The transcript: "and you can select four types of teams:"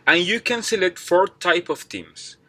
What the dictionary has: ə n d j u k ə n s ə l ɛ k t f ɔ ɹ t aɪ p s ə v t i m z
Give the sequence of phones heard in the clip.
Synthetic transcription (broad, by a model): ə n j u k ə n s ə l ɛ t f ɔ ɹ t aɪ p ə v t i m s